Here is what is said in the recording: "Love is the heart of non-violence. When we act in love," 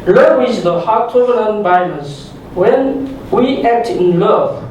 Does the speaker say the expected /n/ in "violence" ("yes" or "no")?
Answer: no